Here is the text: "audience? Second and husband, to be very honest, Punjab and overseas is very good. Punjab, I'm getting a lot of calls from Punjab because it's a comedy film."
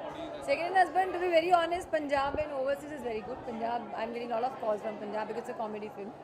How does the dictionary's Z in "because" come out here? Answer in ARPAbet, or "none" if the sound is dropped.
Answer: none